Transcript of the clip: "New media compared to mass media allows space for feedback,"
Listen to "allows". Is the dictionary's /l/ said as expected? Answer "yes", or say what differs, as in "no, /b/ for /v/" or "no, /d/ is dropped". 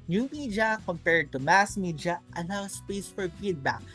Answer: no, /n/ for /l/